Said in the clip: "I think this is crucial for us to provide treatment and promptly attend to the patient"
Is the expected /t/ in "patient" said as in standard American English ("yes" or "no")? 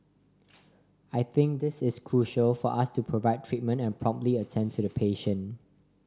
no